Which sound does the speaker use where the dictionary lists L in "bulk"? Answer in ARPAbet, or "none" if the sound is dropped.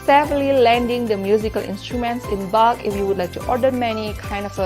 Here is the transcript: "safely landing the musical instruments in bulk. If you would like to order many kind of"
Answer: none